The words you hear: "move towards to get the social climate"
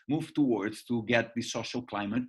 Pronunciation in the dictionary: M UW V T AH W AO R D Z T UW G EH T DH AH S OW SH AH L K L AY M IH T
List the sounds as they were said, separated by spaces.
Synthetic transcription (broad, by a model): M UW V T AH W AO R D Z T UW G EH T DH AH S OW SH AH L K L AY M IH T